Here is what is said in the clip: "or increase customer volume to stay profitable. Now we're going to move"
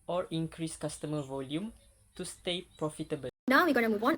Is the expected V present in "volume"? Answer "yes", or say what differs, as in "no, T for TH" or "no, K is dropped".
yes